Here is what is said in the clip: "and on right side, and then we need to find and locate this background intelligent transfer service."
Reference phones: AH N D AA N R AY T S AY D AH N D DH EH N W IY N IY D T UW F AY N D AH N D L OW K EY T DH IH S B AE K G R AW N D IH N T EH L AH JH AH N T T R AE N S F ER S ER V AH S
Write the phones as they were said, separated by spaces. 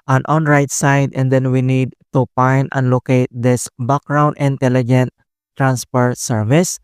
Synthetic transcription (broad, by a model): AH N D AA N R AY T S AY D AH N D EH N W IY N IY D T UW P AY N AH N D L OW K EY T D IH S B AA K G R AW N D IH N T EH L AH JH AH N T T R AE N S P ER S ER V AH S